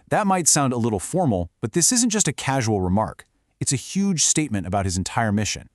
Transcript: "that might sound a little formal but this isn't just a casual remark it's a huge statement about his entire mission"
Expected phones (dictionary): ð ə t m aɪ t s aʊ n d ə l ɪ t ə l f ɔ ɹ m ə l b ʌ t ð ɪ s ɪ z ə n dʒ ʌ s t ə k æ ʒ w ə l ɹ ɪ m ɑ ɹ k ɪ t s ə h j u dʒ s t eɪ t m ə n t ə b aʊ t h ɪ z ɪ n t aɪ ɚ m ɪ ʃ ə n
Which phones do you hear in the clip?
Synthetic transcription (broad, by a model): ð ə t m aɪ t s aʊ n d ə l ɪ t l f ɔ ɹ m l b ʌ t ð ɪ s ɪ z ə n dʒ ʌ s t ə k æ ʒ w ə l ɹ ɪ m ɑ ɹ k ɪ t s ə h j u dʒ s t eɪ t m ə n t ə b aʊ t h ɪ z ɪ n t aɪ ɚ m ɪ ʃ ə n